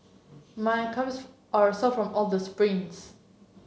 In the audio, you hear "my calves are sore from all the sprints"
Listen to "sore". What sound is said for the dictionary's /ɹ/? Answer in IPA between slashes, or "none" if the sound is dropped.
/l/